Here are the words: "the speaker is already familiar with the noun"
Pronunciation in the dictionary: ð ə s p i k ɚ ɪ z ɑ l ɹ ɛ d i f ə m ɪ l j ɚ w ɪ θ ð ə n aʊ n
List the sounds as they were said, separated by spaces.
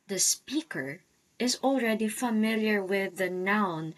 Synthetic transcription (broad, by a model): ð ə s p i k ɚ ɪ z ɑ l ɹ ɛ d i f ə m ɪ l j ɚ w ɪ ð ə n aʊ n